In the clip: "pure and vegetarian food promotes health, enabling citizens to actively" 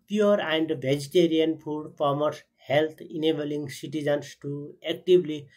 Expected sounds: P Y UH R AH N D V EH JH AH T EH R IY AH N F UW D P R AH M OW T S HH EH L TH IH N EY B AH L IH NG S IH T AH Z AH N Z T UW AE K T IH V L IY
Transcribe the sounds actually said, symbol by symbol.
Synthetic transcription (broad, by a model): P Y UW R AH N D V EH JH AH T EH R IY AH N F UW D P AH M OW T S HH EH L T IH N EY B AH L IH NG S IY T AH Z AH N S T UW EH K T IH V L IY